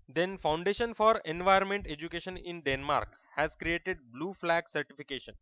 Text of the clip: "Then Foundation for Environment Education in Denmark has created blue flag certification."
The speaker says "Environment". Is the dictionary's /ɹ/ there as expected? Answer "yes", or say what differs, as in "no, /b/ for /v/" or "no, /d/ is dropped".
no, /ɹ/ is dropped